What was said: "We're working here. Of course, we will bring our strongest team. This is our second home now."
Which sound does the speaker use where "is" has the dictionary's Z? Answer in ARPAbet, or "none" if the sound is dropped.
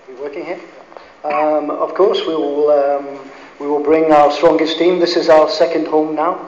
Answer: Z